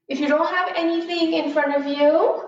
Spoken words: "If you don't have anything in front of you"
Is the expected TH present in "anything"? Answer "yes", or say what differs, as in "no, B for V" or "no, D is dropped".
yes